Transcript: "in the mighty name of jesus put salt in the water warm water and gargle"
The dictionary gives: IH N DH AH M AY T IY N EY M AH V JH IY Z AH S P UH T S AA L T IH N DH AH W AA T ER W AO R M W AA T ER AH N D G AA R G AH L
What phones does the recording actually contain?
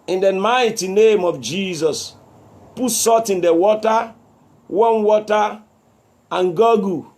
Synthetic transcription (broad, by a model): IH N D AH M AY T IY N EY M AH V JH IY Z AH S P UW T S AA T IH N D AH W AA T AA W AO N W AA T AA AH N G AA G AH